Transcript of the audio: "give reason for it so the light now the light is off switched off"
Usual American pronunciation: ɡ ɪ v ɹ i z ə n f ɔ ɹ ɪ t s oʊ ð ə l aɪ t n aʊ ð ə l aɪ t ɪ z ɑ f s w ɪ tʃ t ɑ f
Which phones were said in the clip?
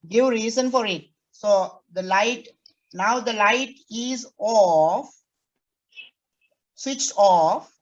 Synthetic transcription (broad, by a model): ɡ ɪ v ɹ i z ə n f ɔ ɹ ɪ t s oʊ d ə l aɪ t n aʊ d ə l aɪ t ɪ z ɑ f s w ɪ tʃ t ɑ f